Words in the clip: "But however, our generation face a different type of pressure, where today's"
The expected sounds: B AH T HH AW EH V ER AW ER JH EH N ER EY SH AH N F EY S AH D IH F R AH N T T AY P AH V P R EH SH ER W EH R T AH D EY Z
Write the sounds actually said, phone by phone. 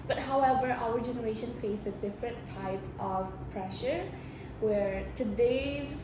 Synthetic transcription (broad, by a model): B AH T HH AW EH V ER AW ER JH EH N ER EY SH AH N F EY S AH D IH F R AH N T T AY P AH V P R EH SH ER W EH R T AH D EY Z